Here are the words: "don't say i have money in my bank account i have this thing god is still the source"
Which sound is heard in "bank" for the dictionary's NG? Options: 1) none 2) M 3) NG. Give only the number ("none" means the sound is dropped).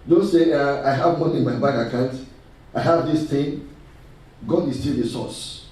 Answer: 1